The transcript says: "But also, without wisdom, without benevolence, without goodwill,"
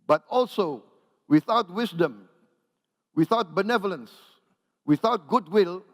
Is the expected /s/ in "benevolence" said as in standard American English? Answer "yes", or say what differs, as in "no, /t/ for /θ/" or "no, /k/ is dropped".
yes